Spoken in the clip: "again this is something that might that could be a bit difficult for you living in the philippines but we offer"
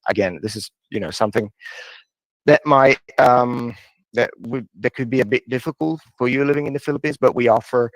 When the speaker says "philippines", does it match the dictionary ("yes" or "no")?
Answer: yes